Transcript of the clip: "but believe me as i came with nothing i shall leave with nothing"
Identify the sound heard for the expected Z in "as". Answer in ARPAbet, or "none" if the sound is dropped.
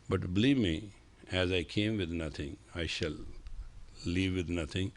Z